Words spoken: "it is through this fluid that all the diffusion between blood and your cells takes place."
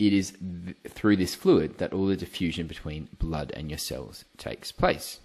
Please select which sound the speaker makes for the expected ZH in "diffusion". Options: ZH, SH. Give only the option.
ZH